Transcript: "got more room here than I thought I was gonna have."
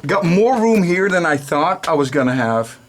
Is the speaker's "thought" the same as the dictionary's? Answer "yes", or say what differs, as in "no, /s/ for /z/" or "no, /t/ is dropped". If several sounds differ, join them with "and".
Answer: yes